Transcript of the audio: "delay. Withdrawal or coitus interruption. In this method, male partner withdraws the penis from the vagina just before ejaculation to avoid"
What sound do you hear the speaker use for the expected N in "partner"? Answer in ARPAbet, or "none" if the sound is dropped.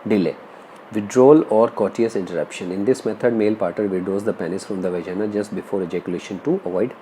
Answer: none